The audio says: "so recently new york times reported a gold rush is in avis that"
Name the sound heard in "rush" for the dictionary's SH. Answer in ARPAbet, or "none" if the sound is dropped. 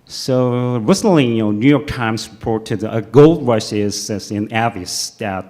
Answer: S